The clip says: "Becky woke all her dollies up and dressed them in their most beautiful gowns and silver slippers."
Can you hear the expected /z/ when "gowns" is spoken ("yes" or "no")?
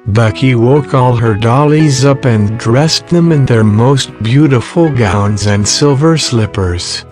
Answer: yes